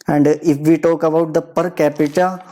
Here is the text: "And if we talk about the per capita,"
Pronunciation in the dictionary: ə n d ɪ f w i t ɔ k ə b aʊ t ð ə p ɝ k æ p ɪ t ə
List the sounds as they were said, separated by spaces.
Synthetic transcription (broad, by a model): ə n d ɪ f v i t ɔ k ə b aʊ t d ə p ɝ k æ p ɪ t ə